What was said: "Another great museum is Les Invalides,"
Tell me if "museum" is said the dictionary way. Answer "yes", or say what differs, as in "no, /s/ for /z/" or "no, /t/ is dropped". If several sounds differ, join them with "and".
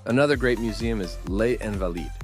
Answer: yes